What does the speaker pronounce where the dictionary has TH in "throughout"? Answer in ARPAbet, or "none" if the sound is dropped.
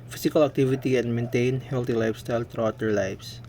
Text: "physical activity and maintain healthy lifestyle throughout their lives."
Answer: T